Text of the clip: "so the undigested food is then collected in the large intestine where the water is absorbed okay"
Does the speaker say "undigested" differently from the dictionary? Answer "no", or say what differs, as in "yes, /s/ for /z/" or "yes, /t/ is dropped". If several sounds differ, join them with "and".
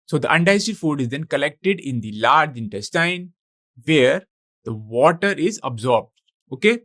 yes, /dʒ/ is dropped